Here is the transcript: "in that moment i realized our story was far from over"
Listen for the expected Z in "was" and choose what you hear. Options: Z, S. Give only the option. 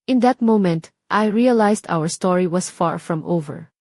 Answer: S